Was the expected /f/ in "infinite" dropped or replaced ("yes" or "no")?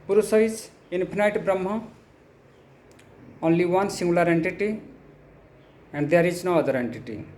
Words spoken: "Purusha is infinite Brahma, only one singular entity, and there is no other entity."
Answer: yes